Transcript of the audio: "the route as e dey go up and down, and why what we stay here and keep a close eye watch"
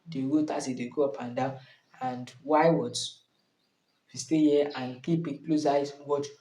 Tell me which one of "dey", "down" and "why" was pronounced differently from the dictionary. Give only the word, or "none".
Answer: down